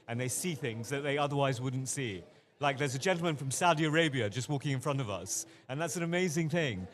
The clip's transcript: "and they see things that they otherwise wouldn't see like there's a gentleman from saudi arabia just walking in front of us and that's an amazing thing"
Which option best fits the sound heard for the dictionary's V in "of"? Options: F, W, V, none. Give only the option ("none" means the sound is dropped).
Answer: V